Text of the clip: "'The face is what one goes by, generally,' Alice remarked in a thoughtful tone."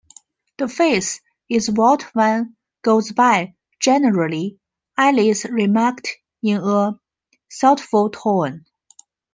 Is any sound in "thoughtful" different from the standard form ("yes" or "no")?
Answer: yes